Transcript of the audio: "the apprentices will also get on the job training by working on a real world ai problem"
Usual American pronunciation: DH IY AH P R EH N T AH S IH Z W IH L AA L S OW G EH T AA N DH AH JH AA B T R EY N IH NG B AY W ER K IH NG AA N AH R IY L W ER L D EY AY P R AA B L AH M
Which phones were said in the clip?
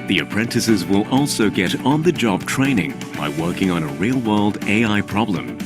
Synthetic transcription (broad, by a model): DH IY AH P R EH N T AH S IH Z W IH L AA L S OW G EH T N DH AH JH AA B T R EY N IH NG B AY W ER K IH NG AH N AH R IY L W ER L D EY AY P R AA B L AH M